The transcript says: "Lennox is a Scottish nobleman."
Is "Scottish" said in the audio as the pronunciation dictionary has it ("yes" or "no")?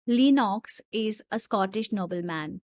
yes